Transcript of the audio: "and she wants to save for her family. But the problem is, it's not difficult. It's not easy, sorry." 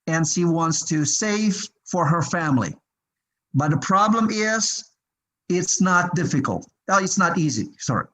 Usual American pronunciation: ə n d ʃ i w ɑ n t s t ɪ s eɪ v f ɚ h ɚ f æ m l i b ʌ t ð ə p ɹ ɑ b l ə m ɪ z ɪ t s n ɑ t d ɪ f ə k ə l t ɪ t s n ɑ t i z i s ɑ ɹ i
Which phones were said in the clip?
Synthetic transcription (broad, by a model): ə n ʃ i w ɑ n t s t ɪ s eɪ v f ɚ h ɚ f æ m l i b ʌ t ð ə p ɹ ɑ b l ə m ɪ z ɪ t s n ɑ t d ɪ f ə k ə l t ɪ t s n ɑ t i z i s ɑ ɹ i